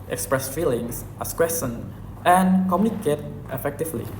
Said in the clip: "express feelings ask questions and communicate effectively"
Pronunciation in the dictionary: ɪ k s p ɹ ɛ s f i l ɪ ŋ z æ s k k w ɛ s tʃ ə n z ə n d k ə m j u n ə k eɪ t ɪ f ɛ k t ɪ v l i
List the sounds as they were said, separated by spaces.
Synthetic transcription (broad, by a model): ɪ k s p ɹ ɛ s f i l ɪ ŋ s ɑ s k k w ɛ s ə n ə n k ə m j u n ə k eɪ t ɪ f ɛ k t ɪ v l i